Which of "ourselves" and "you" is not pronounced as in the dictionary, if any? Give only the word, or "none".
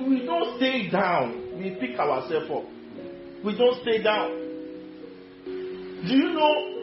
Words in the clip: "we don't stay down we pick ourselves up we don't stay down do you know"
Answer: ourselves